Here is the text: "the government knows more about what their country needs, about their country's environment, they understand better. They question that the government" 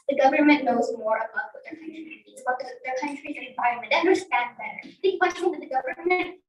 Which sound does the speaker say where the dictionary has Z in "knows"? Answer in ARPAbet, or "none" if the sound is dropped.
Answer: Z